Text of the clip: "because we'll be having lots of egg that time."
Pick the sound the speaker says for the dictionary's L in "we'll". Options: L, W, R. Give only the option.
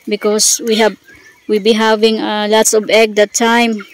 W